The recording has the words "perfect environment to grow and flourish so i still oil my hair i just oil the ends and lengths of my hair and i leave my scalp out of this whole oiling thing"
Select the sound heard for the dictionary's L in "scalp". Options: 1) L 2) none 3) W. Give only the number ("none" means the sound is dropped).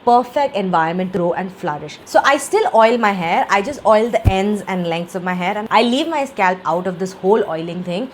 1